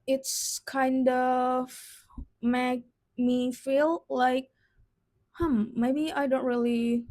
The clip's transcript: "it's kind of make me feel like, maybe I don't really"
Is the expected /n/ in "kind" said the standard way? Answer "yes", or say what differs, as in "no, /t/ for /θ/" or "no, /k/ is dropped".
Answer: yes